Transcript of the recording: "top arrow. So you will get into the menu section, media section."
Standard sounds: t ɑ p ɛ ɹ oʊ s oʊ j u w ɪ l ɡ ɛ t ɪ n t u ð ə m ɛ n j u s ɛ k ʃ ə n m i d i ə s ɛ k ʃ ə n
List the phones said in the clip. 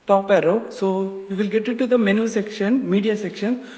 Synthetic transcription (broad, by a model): t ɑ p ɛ ɹ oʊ s oʊ j u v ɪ l ɡ ɛ t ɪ t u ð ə m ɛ n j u s ɛ k ʃ ə n m i d i ə s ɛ k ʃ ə n